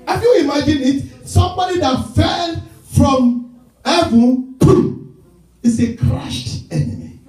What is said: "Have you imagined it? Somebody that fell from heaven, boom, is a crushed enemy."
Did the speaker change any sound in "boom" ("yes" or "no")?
yes